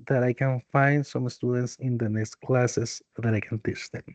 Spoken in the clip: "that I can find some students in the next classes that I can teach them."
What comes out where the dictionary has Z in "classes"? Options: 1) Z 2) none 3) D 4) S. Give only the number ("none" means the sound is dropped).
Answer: 4